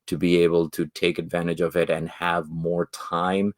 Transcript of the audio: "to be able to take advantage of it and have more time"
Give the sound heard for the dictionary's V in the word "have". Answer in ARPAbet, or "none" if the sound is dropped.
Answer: V